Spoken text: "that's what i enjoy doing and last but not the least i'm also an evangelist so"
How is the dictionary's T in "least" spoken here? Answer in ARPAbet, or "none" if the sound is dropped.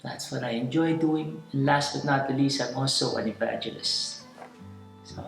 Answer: none